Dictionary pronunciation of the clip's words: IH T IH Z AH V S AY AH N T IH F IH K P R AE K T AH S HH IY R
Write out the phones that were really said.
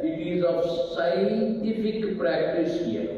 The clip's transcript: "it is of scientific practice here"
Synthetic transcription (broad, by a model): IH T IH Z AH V S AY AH N T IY P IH K P R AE K T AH S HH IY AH